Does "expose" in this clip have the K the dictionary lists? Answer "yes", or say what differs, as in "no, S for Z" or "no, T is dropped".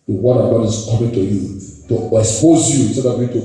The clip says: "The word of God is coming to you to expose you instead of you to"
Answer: no, K is dropped